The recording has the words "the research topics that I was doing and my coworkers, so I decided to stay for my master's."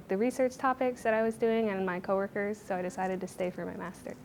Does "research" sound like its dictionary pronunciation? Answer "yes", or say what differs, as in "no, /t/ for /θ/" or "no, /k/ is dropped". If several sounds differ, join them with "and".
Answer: yes